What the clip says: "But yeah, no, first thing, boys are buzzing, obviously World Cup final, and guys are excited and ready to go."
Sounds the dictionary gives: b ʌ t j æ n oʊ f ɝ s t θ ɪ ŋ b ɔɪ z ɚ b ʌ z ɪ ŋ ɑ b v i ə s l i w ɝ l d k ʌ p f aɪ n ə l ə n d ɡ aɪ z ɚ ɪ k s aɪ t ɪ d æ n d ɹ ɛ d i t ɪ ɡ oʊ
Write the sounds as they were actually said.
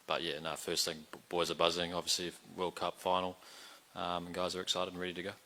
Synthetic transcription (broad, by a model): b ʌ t j æ n oʊ f ɝ s t θ ɪ ŋ b ɔɪ z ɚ b ʌ z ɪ ŋ ɑ b v i ə s l i w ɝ l k ʌ p f aɪ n l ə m ɡ aɪ z ɚ ɪ k s aɪ t ɪ d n ɹ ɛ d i t ɪ ɡ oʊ